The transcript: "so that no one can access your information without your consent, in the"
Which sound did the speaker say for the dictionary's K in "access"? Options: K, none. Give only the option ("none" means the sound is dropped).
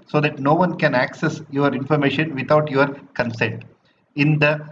K